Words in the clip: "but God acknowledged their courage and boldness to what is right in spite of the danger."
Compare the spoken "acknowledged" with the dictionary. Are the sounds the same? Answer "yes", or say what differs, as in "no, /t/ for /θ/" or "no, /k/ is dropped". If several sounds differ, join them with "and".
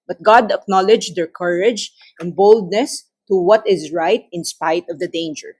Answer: yes